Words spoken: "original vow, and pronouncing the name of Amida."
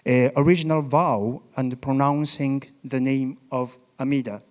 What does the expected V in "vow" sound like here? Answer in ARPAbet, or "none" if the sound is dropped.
V